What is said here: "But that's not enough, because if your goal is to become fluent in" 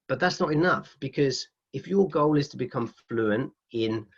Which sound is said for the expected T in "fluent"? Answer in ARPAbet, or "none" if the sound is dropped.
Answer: T